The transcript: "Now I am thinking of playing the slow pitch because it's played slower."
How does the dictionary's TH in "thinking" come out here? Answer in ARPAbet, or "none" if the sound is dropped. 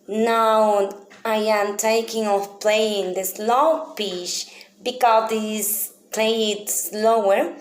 T